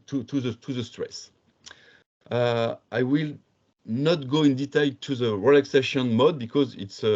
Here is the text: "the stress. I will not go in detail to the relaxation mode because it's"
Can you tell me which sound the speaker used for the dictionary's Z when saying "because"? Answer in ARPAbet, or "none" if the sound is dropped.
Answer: Z